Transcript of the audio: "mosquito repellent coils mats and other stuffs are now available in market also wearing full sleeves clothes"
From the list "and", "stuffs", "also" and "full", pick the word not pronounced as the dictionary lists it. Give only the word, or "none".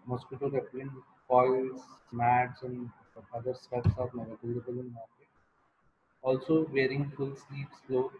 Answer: stuffs